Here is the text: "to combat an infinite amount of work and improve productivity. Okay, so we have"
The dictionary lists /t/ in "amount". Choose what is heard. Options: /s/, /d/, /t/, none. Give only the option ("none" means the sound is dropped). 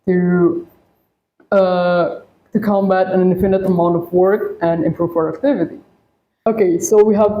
/t/